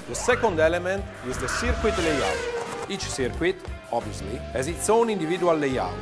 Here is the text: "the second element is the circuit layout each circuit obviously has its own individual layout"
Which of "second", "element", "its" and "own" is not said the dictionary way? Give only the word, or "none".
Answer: none